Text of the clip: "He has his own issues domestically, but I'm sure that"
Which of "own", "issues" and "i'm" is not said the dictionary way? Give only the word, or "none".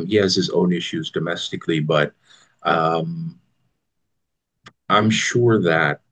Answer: none